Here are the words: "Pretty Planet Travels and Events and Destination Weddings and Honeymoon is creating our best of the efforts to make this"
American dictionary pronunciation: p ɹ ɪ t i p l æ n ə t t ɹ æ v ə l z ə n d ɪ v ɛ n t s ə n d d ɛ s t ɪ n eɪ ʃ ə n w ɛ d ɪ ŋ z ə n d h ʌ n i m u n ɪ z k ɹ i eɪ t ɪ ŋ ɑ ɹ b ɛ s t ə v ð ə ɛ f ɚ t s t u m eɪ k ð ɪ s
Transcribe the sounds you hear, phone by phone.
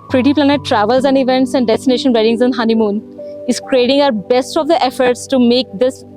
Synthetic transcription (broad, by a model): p ɹ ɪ t i p l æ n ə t t ɹ æ v ə l z ə n d ɪ v ɛ n t s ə n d d ɛ s t ɪ n eɪ ʃ ə n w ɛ d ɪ ŋ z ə n h ʌ n i m u n ɪ z k ɹ i eɪ t ɪ ŋ ɑ ɹ b ɛ s t ə v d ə ɛ f ɚ t s t u m eɪ k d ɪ s